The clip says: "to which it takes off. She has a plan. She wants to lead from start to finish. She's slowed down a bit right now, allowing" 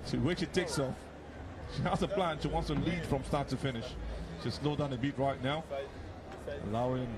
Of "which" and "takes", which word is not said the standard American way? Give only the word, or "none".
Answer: which